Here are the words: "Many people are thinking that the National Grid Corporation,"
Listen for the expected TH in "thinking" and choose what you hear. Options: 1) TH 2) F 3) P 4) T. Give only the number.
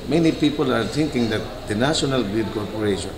4